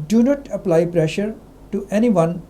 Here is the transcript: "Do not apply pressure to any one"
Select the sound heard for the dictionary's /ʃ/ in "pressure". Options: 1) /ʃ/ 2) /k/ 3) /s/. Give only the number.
1